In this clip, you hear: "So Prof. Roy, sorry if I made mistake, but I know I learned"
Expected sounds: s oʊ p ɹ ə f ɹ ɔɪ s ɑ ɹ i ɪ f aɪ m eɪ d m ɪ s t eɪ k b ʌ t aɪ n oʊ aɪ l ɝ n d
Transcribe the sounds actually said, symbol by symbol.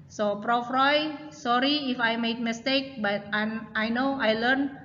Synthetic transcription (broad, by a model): s oʊ p ɹ ə f ɹ ɔɪ s ɑ ɹ i ɪ f aɪ m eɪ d m ɪ s t eɪ k b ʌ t aɪ n oʊ aɪ l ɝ n